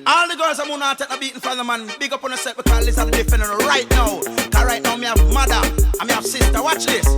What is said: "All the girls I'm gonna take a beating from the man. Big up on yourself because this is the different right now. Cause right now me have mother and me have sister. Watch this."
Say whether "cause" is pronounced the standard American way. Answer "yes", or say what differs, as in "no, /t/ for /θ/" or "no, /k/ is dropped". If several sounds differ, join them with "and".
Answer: no, /z/ is dropped